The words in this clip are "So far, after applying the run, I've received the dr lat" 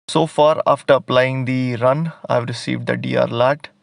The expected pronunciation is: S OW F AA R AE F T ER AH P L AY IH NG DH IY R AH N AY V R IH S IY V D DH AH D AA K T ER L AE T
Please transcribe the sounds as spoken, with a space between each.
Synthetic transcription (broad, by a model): S OW F AA R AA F T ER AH P L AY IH NG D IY R AH N AY V R IH S IY V D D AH D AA T L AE T